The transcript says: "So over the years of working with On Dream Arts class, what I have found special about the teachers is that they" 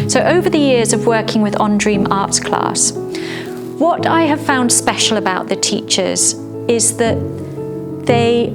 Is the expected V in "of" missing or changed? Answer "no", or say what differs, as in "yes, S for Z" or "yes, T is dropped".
no